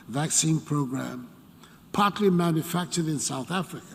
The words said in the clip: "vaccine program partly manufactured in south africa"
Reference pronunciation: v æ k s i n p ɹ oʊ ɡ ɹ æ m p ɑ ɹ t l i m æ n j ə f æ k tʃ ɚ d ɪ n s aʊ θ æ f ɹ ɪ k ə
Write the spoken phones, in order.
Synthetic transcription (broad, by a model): v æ k s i n p ɹ oʊ ɡ ɹ æ m p ɑ ɹ t l i m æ n j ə f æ k tʃ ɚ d ɪ n s aʊ θ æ f ɹ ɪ k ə